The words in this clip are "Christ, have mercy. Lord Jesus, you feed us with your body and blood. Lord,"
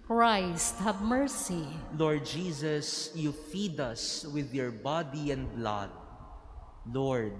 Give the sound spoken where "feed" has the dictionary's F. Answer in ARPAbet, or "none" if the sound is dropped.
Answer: F